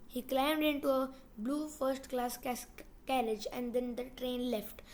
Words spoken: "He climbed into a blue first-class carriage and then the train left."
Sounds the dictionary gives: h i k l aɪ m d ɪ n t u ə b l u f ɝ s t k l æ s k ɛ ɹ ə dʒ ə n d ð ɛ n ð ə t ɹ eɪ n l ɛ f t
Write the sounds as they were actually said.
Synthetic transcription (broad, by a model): h i k l aɪ m d ɪ n t u ə b l u f ɝ s t k l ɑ s k ɛ ɹ ə dʒ ə n d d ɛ n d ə t ɹ eɪ n l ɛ f t